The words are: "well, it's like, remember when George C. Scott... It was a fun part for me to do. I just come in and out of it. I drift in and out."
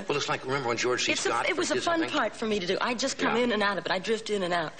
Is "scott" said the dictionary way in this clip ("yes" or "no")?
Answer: no